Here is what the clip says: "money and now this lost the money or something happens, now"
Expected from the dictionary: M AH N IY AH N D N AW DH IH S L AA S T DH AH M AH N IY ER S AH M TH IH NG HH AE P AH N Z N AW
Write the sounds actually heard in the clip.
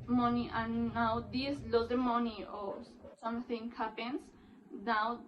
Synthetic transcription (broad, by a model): M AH N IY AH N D N AW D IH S L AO T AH M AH N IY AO S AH M T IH NG HH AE P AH N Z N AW